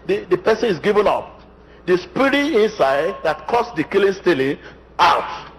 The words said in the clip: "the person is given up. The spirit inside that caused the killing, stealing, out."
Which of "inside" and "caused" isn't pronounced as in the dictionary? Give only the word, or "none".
caused